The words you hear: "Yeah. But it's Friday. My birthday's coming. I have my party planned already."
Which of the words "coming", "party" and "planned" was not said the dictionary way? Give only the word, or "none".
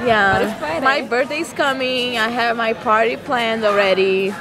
none